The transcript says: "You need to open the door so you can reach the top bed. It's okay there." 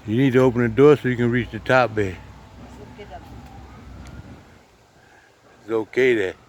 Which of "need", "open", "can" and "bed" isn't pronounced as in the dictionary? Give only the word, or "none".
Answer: bed